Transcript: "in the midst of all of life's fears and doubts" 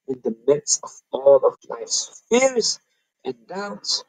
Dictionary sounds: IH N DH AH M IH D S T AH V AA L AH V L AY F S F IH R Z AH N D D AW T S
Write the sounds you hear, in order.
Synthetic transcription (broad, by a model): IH N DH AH M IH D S AH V AA L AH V L AY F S F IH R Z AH N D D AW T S